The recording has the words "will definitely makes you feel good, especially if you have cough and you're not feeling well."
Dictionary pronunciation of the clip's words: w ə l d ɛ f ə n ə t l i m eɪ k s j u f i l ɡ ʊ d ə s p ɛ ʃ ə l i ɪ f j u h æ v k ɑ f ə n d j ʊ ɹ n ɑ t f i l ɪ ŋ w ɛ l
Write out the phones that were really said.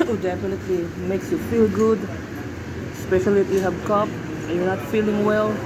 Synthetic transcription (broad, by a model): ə d ɛ f ə n ə t l i m eɪ k s j u f i l ɡ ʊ d s p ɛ ʃ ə l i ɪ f j u h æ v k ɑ p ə j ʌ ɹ n ɑ t f i l ɪ ŋ w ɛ l